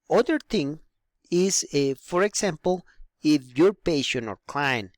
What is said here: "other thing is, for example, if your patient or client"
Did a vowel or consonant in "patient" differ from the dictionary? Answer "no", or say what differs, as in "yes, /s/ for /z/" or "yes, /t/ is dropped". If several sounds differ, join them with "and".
yes, /t/ is dropped